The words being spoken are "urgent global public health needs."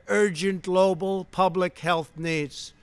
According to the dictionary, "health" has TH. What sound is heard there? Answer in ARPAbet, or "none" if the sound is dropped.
TH